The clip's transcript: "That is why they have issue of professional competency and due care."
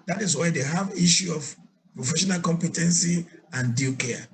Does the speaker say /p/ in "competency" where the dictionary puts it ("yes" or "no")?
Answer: yes